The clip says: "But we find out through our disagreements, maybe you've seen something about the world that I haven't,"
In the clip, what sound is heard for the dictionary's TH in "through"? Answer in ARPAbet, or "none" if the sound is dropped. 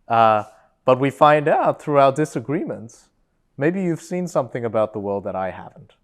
TH